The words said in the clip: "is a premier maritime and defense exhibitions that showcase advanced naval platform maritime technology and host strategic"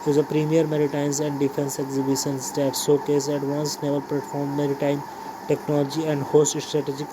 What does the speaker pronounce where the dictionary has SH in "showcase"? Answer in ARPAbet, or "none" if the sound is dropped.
S